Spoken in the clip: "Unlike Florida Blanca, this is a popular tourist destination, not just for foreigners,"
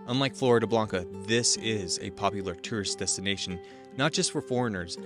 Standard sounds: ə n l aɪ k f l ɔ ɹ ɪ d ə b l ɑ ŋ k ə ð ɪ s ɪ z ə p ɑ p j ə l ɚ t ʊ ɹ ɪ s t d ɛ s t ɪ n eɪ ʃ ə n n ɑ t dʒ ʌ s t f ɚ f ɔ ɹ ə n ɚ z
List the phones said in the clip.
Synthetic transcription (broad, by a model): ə n l aɪ k f l ɔ ɹ ɪ d ə b l ɑ ŋ k ə ð ɪ s ɪ z ə p ɑ p j l ɚ t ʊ ɹ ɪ s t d ɛ s t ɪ n eɪ ə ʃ n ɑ t dʒ ʌ s t f ɚ f ɔ ɹ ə n ɚ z